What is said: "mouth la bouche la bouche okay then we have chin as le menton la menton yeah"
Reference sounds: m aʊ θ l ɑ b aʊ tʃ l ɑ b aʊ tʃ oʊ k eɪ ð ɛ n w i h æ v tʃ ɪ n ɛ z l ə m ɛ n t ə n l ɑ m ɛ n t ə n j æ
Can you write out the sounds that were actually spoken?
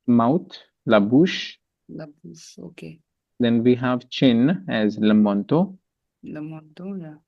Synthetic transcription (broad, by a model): m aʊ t l ɑ b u ʃ l ɑ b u oʊ k eɪ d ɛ n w i h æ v tʃ ɪ n ɛ z l ə m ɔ n t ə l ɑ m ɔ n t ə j